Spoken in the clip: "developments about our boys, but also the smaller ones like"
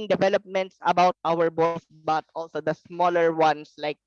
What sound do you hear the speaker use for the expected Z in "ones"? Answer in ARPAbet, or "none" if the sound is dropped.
S